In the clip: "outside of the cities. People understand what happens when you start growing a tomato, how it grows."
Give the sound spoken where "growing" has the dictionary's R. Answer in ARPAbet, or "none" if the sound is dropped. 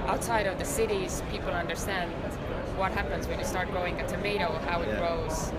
none